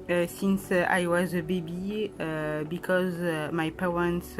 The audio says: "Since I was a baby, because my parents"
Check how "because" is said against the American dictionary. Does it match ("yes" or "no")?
yes